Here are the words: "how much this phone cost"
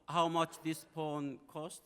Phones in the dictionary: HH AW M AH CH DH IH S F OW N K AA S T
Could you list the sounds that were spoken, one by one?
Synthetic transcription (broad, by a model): HH AW M AH CH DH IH S P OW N K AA S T